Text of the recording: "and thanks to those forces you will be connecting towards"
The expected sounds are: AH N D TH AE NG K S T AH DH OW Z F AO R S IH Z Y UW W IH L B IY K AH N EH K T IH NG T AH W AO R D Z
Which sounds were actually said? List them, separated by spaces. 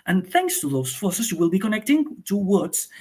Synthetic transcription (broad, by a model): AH N TH AE NG K S T AH DH OW Z F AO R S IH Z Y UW W IH L B IY K AH N EH K T IH NG T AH W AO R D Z